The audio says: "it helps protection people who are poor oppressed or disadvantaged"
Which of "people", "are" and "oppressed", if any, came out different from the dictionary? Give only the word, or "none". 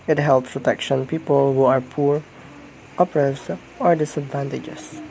oppressed